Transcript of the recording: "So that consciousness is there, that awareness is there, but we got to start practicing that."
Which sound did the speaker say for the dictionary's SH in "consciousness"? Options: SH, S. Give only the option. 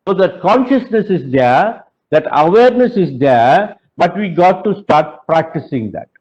SH